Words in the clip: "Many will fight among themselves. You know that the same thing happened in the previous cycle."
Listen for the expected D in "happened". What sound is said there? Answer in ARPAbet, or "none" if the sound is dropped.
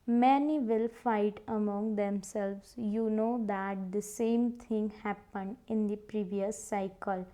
D